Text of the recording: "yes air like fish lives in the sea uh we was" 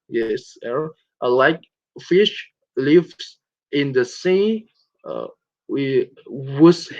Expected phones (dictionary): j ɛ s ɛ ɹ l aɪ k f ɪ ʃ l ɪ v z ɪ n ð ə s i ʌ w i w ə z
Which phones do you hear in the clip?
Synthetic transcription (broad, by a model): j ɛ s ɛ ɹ l aɪ k f ɪ ʃ l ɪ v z ɪ n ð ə s i ʌ w i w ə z